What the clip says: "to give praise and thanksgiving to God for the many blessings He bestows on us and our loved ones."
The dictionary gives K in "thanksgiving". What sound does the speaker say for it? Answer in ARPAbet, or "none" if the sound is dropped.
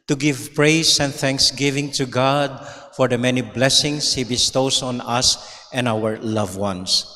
K